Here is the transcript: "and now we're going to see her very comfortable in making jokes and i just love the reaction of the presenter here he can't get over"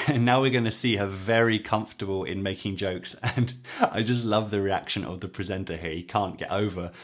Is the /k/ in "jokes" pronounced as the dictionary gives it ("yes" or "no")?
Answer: yes